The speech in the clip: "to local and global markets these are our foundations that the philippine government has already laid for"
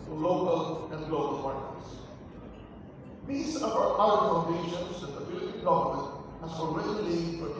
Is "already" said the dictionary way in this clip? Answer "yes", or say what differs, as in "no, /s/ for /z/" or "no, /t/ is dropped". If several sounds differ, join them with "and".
no, /l/ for /ɹ/